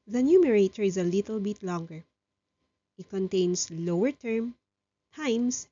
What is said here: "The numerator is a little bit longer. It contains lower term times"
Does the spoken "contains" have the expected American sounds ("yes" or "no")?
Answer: no